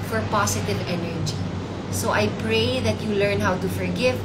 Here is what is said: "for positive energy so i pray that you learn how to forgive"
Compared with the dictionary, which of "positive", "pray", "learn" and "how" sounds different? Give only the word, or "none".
positive